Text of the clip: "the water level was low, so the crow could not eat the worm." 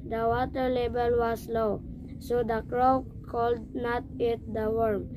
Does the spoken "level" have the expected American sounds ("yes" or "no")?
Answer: no